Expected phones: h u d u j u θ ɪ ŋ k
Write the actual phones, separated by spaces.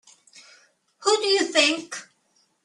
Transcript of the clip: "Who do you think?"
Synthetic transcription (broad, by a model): h u d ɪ j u θ ɪ ŋ k